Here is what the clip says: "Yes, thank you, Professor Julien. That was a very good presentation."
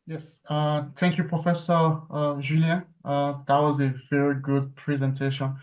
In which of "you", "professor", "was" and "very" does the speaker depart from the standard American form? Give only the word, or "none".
none